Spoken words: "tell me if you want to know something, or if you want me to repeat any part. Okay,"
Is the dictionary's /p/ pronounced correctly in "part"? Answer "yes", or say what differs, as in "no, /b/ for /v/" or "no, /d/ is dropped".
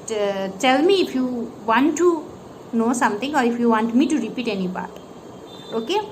no, /b/ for /p/